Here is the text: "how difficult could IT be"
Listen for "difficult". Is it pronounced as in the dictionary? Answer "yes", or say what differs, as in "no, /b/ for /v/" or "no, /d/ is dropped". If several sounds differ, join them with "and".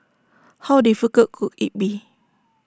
no, /l/ is dropped